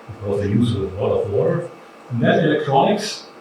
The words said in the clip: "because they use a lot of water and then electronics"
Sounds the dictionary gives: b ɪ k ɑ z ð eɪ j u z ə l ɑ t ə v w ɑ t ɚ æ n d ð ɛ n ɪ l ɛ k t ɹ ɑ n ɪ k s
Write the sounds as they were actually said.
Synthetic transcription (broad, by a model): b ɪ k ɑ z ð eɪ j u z ə w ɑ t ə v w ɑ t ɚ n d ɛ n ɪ l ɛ k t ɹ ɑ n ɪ k s